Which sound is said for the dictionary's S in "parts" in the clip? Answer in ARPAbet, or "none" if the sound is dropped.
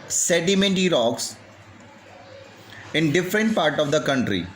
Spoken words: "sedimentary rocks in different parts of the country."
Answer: none